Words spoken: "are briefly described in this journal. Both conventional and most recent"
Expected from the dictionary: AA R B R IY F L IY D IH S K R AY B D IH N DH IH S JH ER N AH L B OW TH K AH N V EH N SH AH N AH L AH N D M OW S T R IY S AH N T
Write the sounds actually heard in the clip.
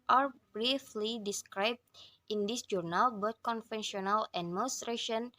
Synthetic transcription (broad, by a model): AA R B R IY F L IY D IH S K R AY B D IH N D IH S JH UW N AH L B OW T K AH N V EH N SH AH N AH L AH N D M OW S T R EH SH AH N